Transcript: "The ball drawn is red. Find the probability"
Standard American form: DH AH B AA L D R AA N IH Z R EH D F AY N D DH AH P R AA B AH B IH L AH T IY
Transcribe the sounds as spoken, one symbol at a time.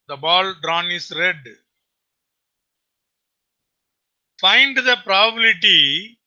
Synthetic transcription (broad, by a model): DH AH B AA L D R AA N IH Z R EH D F AY N D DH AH P R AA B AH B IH L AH T IY